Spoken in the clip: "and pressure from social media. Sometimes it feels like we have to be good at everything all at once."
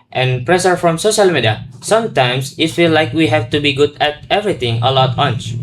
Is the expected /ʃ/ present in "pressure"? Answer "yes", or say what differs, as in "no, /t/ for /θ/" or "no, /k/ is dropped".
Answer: no, /s/ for /ʃ/